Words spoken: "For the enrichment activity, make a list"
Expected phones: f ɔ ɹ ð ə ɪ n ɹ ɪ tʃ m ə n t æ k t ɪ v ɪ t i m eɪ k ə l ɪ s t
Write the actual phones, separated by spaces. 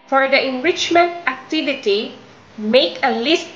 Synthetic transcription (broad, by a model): f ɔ ɹ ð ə ɪ n ɹ ɪ tʃ m ə n t æ k t ɪ v ɪ t i m eɪ k ə l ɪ s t